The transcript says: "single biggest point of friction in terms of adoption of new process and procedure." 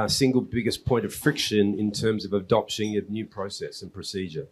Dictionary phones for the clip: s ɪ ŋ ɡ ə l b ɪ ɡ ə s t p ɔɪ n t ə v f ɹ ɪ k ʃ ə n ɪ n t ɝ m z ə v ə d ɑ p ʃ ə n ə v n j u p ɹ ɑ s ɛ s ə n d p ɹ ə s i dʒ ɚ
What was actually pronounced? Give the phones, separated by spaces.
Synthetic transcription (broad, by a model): s ɪ ŋ ɡ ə l b ɪ ɡ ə s p ɔɪ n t ə v f ɹ ɪ k ʃ ə n ɪ n t ɝ m z ə v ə d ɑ p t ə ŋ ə n j u p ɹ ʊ s ɛ s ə n p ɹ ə s i dʒ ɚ